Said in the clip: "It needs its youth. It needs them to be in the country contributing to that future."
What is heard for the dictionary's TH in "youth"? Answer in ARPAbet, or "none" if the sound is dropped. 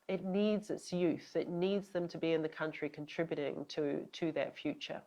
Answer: TH